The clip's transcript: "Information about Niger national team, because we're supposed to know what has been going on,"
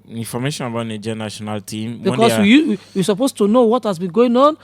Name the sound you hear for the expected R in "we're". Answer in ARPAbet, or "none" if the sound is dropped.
W